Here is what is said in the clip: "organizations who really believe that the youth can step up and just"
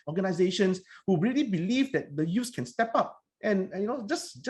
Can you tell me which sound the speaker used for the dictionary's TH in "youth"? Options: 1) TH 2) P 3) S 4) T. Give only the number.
3